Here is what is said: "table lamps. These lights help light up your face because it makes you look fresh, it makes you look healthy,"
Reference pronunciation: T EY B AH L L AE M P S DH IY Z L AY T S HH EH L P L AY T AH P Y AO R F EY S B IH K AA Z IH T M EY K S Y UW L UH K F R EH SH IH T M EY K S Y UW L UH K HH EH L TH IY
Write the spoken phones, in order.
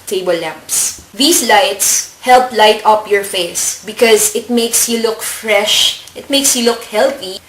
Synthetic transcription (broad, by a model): T EY B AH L L AE M P S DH IY S L AY T S HH EH L P L AY T AH P Y AO R F EY S B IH K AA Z IH T M EY K S Y UW L UH K F R EH SH IH T M EY K S Y UW L UH K HH EH L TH IY